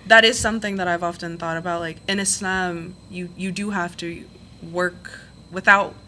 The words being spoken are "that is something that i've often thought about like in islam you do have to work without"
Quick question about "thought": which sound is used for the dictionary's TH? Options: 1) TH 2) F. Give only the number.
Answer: 1